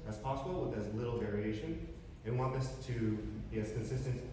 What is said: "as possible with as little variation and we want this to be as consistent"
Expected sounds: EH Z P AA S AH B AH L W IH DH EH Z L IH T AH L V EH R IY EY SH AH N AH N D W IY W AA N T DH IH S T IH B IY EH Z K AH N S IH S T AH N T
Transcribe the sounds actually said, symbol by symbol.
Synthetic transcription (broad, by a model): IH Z P AA S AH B L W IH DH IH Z L IH T L V EH R IY EY SH AH N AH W W AA N T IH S T IH B IY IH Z K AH N S IH S T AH N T